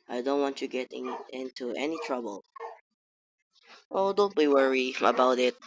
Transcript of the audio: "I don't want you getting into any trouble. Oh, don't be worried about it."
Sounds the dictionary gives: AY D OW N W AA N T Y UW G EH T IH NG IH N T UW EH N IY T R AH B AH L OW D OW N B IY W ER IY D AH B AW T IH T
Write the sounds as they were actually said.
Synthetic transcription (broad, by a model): AY D OW N W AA N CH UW G EH T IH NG IH N T UW EH N IY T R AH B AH L OW D OW N B IY W ER IY AH B AW T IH T